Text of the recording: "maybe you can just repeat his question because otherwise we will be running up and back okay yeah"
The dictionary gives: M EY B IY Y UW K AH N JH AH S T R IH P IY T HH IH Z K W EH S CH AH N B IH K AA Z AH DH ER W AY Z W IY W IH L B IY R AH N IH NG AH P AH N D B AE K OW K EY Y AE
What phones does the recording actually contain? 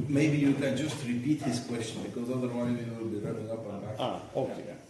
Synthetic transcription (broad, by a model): M EY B IY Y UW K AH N JH AH S T R IH P IY T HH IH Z K W EH S CH AH N B IH K AA Z AH DH ER W AY Z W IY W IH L B IY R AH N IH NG AH P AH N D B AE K OW K EY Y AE